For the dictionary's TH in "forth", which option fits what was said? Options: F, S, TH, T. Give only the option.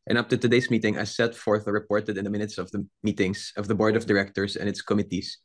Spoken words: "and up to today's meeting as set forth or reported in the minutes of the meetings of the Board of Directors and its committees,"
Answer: TH